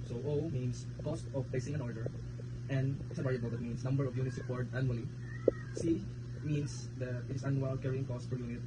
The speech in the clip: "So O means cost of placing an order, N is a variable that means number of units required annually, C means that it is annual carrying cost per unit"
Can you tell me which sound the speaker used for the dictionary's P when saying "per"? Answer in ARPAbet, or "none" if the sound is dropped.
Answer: F